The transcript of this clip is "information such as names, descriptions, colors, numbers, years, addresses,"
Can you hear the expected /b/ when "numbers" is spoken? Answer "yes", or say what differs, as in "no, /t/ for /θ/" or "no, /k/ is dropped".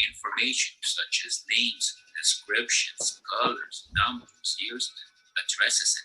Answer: no, /b/ is dropped